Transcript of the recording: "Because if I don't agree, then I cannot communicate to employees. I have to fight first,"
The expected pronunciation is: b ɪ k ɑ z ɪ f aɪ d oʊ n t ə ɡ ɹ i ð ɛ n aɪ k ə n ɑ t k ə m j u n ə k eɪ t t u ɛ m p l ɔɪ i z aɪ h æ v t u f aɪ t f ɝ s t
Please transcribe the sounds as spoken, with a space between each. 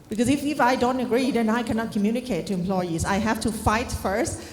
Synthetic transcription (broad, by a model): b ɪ k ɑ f ɪ f aɪ d oʊ n t ə ɡ ɹ i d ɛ n aɪ k ə n ɑ t k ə m j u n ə k eɪ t t u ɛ m p l ɔɪ i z aɪ h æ f t u f aɪ t f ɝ s t